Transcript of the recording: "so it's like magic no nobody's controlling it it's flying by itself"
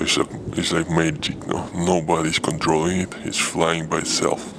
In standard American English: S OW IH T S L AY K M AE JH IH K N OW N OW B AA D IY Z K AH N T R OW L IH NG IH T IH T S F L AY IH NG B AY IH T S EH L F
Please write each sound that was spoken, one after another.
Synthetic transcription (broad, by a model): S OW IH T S L AY K M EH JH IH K N OW N OW B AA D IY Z K AH N T R OW L IH NG IH T IH T S F L AY IH NG B AY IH T S EH L F